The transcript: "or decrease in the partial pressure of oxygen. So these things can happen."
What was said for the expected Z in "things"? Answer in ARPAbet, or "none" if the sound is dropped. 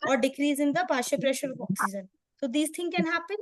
none